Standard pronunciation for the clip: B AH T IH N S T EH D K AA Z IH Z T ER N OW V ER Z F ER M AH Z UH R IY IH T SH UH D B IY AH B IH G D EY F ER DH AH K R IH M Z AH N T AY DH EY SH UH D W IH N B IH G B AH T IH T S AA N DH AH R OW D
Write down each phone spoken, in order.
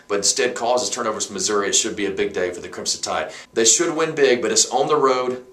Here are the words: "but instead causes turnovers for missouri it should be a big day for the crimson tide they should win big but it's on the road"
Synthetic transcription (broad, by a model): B AH T IH N S T EH D K AA Z IH Z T ER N OW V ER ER M AH Z UH R IY IH T SH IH D B IY AH B IH G D EY F ER DH AH K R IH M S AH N T AY DH EY SH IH D W IH N B IH G B AH T IH T S N DH AH R OW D